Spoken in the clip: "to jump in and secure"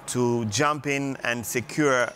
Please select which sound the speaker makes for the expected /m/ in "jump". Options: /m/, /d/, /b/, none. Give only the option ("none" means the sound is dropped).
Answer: /m/